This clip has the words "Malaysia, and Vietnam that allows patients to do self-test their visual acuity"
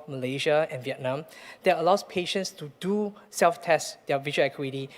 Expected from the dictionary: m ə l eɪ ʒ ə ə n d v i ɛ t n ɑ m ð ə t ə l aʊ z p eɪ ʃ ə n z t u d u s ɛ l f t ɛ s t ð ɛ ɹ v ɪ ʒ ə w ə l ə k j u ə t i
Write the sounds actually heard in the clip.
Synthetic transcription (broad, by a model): m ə l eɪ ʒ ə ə n v i ɛ t n ɑ m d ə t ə l aʊ s p eɪ ʃ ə n s t u d u s ɛ l f t ɛ s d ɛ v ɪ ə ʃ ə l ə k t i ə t i